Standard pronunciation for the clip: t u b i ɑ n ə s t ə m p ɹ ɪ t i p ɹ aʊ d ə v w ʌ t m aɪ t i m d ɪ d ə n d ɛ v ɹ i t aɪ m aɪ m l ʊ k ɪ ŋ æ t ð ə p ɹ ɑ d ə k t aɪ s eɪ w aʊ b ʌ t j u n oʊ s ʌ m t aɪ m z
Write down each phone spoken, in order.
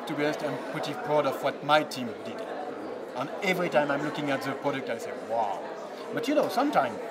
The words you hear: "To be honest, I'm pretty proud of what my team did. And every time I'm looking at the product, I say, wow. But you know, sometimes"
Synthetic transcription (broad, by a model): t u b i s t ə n p ɹ ɪ t i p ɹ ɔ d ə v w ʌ t m aɪ t i m d ɪ d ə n ɛ v ɹ i t aɪ m aɪ m l ʊ k ɪ ŋ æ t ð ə p ɹ ɑ d ə k t aɪ s eɪ w aʊ b ʌ t j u n oʊ s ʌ m t aɪ m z